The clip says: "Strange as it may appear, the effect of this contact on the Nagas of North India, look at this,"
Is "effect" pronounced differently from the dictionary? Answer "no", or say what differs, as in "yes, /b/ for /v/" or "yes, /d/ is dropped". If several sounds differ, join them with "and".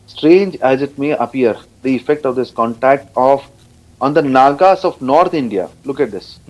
no